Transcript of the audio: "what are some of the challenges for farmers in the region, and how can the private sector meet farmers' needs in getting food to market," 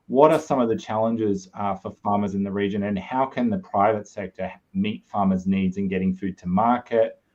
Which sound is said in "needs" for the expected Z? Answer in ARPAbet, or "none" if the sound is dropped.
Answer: Z